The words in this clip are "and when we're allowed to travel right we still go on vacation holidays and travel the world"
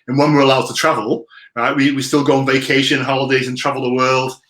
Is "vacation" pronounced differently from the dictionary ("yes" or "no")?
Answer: no